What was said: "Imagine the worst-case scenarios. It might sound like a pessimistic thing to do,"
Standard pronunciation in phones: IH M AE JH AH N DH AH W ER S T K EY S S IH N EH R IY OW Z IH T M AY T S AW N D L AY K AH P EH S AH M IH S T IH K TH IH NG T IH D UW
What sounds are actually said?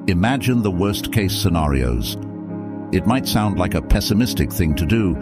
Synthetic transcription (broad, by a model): IH M AE JH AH N DH AH W ER S K EY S S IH N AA R IY OW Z IH T M AY T S AW N D L AY K AH P EH S AH M IH S T IH K TH IH NG T IH D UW